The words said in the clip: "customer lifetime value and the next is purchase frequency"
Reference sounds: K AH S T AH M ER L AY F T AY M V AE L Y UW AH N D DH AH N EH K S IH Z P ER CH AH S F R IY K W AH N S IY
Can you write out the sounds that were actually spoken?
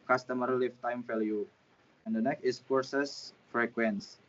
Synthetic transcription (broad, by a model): K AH S T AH M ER L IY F T AY M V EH L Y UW AH N D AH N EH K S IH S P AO S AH S F R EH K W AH N S